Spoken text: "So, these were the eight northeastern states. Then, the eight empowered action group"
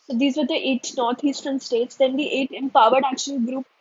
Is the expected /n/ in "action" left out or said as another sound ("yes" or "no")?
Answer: yes